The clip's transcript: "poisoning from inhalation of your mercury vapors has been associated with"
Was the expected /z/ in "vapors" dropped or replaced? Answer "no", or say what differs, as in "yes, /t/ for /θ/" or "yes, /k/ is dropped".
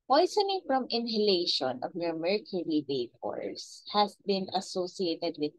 yes, /s/ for /z/